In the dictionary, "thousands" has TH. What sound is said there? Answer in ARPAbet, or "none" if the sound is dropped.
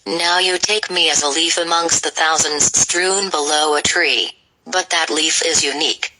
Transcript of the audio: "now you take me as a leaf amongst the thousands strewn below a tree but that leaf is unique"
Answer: TH